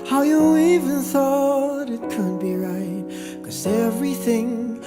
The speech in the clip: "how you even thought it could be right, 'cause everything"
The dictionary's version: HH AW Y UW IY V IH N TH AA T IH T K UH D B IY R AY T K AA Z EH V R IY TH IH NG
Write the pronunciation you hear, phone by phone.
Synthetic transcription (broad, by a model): HH AW Y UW IY V IH N TH AA T IH T K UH D B IY R AY T K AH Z EH V R IY TH IH NG